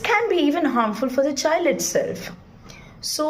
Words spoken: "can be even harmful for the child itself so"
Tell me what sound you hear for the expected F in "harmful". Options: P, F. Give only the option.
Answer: F